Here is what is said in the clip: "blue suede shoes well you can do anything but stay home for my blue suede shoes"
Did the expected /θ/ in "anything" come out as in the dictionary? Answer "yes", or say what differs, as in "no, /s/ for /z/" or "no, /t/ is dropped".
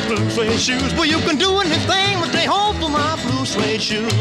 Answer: yes